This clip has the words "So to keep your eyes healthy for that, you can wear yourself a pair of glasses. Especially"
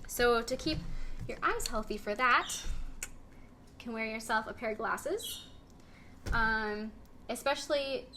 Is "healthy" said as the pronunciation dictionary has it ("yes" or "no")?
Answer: yes